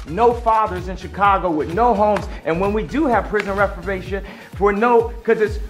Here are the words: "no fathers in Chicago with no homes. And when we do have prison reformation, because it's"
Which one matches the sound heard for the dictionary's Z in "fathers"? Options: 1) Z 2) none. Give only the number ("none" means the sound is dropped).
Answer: 1